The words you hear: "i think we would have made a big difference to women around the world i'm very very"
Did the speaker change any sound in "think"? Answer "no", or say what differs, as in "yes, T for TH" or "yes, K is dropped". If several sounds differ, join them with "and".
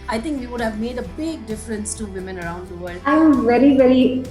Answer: yes, T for TH